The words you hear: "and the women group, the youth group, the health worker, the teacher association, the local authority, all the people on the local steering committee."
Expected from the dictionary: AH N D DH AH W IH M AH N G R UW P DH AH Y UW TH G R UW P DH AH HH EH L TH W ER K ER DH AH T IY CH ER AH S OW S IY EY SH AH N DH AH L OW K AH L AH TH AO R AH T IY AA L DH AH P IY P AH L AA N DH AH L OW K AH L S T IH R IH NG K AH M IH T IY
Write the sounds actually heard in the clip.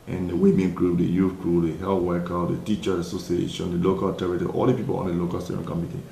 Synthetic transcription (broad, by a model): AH N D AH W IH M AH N G R UW P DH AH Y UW F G R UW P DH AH HH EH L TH W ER K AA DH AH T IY CH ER AH S OW S IY EY SH AH N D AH L OW K AH L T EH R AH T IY AA L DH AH P IY P AH L AA N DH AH L OW K AH L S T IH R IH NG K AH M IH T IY